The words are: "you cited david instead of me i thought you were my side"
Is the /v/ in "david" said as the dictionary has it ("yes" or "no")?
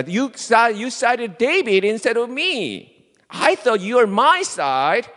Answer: no